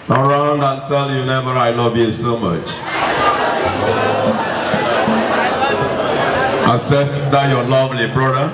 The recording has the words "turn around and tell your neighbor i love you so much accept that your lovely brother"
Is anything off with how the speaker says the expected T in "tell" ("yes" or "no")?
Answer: no